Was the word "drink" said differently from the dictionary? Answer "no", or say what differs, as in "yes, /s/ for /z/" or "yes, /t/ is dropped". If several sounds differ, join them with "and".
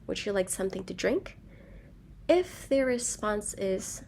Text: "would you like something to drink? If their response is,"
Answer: no